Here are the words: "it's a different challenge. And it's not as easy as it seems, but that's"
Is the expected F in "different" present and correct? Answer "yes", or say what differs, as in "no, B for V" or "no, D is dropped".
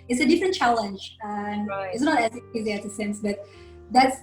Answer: yes